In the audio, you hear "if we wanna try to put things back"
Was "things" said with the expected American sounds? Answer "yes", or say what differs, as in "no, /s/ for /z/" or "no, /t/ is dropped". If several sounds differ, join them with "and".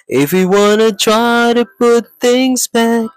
yes